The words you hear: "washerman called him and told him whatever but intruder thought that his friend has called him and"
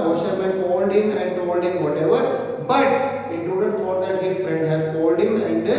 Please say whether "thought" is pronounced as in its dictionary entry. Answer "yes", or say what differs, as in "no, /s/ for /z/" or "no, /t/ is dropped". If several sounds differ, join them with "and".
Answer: no, /f/ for /θ/